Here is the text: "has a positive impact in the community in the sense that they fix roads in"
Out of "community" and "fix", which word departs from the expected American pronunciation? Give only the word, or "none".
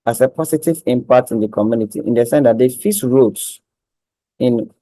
fix